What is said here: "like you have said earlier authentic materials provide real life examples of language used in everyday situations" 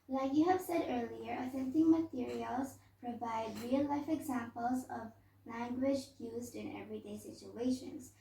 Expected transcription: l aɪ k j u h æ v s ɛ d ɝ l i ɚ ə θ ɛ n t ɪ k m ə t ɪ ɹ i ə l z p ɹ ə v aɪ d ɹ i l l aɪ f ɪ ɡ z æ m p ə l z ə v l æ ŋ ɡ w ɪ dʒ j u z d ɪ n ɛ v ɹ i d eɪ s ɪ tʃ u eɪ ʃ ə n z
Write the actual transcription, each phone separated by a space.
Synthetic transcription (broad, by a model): l aɪ k j u h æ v s ɛ d ɝ l i ɚ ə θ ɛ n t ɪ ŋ m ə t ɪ ɹ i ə l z p ɹ ə v aɪ d ɹ i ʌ l aɪ f ɪ ɡ z æ m p ə l z ə v l æ ŋ ɡ w ɪ dʒ j u z d ɪ n ɛ v ɹ i d eɪ s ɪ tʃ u eɪ ʃ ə n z